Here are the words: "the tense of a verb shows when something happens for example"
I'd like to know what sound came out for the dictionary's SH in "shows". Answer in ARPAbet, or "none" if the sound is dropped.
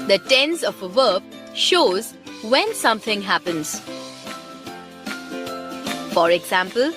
SH